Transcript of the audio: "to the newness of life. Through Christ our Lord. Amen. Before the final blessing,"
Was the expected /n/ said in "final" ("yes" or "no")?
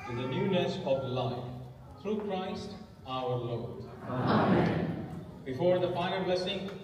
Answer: no